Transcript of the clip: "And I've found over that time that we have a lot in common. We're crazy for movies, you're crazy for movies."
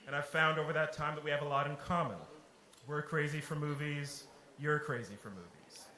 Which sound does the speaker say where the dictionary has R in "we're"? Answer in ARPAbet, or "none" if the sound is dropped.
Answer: R